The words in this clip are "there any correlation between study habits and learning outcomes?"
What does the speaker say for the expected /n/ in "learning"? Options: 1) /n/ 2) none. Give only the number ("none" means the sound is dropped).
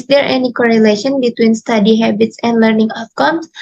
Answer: 1